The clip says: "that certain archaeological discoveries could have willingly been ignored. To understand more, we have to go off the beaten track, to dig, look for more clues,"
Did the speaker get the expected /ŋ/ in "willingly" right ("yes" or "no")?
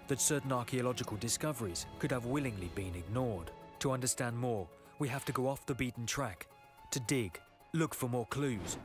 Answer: yes